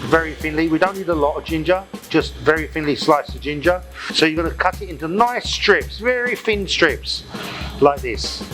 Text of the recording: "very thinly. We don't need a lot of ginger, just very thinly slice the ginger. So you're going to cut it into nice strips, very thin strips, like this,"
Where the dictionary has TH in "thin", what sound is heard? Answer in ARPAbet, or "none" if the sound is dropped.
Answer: F